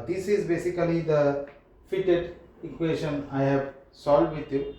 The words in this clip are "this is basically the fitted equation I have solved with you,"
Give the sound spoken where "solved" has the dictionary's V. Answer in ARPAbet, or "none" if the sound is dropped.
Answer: none